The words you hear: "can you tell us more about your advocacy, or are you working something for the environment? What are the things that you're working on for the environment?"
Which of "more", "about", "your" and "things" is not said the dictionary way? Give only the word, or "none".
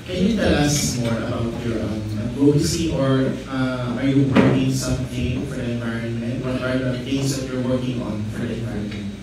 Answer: things